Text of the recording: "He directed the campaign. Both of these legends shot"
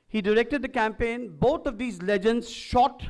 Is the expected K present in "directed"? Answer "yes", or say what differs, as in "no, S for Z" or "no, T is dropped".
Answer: yes